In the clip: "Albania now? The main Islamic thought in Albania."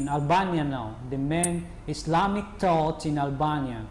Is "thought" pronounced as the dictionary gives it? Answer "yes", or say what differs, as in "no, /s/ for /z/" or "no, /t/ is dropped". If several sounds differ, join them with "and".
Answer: no, /t/ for /θ/